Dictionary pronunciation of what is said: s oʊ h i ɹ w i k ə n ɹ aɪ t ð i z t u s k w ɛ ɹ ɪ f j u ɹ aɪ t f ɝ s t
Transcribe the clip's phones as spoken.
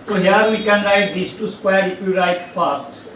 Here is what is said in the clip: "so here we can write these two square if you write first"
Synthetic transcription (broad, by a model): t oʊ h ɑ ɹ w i k ə n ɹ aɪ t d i s t u s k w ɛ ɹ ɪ p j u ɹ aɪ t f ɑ s t